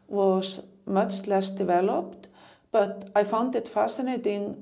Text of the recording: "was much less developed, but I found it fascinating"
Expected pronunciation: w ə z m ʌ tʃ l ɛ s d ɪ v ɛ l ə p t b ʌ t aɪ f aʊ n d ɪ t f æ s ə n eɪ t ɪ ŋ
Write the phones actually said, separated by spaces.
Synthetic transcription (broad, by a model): w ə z m ʌ tʃ l ɛ s d ɪ v ɛ l ə p t b ʌ t aɪ f aʊ n d ɪ t f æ s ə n eɪ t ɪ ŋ